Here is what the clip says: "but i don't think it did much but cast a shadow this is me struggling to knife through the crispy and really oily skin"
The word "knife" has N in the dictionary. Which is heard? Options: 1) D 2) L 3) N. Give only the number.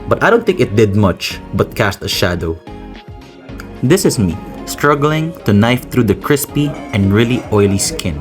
3